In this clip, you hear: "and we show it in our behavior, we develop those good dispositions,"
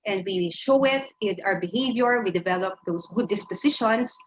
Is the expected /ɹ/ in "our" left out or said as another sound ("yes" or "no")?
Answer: yes